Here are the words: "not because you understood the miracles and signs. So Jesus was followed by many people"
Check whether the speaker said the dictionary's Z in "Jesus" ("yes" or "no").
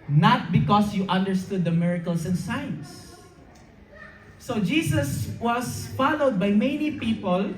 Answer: no